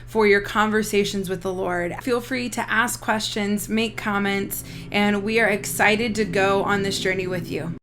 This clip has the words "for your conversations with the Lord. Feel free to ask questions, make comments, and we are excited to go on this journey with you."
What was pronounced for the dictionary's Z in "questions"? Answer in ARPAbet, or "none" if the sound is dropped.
Z